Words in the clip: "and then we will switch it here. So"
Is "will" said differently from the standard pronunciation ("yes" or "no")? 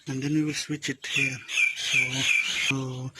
no